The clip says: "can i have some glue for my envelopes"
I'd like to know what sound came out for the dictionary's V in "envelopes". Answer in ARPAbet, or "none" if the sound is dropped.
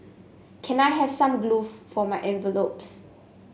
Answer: V